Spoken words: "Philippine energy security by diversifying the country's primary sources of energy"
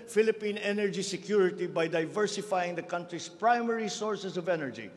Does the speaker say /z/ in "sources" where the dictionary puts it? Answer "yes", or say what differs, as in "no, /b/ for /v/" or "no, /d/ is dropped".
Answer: no, /s/ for /z/